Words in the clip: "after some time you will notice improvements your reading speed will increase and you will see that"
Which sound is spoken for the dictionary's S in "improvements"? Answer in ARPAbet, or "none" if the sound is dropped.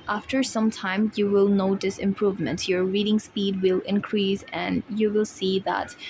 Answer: none